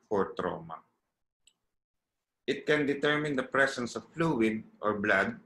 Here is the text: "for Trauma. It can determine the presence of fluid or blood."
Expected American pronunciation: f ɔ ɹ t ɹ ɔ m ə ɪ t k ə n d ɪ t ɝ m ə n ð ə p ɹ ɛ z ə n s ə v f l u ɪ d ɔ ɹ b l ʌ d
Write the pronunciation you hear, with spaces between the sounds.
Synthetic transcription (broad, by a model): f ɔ ɹ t ɹ ɔ m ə ɪ t k ə n d ɪ t ɝ m ə n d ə p ɹ ɛ s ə n s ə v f l u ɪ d ɔ ɹ b l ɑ d